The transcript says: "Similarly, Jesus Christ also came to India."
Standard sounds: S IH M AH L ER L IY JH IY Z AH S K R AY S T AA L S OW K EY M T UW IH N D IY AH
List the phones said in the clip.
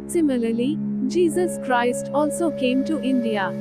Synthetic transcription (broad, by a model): S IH M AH L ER L IY JH IY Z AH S K R AY S T AA L S OW K EY M T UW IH N D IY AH